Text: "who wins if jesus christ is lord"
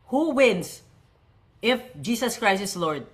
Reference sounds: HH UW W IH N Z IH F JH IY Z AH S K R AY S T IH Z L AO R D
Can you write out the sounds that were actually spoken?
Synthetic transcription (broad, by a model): HH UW W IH N S IH F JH IY S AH S K R AY S IH S L AO R D